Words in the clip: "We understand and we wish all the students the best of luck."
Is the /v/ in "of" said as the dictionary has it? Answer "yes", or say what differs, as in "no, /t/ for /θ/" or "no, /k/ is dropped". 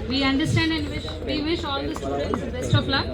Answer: no, /p/ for /v/